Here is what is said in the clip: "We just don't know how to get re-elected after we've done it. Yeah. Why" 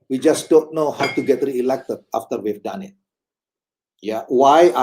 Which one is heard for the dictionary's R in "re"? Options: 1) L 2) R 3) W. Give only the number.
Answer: 2